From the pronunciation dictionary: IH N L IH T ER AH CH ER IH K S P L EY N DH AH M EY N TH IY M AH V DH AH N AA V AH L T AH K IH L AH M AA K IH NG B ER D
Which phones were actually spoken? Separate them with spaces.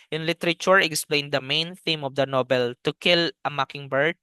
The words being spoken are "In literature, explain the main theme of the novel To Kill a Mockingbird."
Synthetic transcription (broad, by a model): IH N L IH T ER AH CH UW IH K S P L EY N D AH M EY N TH IY M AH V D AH N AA B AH L T AH K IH L AH M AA K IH NG B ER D